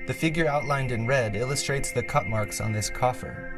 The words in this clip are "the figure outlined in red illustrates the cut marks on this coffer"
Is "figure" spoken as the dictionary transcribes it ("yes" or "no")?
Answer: yes